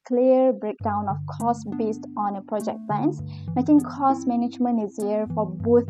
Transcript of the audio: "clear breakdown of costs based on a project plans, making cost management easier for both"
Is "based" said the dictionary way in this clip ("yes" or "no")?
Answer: yes